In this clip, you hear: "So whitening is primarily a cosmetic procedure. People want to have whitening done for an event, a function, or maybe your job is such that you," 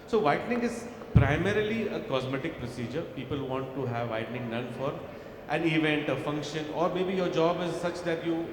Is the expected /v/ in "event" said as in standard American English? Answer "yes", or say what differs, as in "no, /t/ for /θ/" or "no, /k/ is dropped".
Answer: yes